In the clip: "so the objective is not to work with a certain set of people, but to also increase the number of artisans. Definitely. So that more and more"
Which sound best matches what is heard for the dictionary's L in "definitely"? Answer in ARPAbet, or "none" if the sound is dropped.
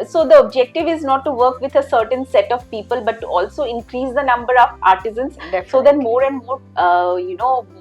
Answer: none